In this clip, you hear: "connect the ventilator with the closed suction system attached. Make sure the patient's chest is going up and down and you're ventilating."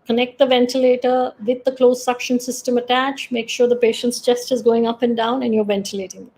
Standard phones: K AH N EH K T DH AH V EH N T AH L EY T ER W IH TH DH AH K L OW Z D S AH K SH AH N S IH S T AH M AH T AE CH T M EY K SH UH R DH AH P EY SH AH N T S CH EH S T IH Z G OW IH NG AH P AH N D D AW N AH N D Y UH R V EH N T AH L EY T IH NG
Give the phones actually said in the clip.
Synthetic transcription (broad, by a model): K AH N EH K T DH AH V EH N T AH L EY T ER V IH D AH K L OW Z S AH K SH AH N S IH S T AH M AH T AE CH M EY K SH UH R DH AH P EY SH AH N T S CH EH S T IH Z G OW IH NG AH P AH N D D AW N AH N Y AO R V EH N T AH L EY T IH NG